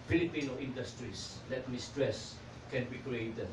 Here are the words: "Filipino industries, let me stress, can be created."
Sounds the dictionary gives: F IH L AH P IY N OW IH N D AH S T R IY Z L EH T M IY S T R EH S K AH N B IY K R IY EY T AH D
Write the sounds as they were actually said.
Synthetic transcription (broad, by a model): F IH L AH P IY N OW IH N D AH S T R IY S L EH T M IY S T R EH S K AH N B IY K R IY EY T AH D